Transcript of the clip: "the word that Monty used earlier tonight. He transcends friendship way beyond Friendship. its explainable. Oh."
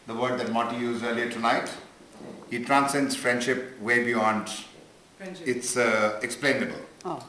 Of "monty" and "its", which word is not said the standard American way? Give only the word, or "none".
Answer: monty